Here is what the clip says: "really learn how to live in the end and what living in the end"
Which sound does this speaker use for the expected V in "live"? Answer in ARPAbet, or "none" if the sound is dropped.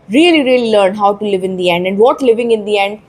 V